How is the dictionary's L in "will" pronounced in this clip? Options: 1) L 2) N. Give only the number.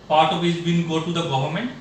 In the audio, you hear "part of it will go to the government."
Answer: 2